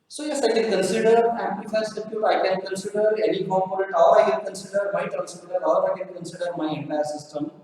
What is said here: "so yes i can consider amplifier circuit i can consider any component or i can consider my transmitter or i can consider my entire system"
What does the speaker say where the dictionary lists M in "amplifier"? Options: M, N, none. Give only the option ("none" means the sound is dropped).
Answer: none